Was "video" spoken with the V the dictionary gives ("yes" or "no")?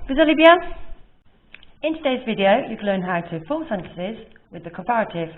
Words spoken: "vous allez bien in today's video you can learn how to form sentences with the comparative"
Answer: yes